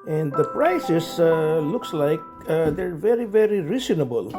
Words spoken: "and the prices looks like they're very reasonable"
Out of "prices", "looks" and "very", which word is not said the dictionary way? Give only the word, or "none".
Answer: prices